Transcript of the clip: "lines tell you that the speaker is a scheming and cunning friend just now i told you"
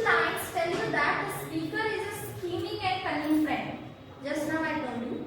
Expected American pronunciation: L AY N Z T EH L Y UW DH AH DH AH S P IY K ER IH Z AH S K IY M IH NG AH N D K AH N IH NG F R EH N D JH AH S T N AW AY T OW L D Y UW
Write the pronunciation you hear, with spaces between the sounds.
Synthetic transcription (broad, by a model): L AY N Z T EH L Y UW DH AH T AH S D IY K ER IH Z AH S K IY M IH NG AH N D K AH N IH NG F R EH N D JH AH S T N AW AY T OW D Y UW